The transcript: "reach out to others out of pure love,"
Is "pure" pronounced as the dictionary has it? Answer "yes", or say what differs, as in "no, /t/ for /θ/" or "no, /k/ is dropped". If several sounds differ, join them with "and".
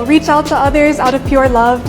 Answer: yes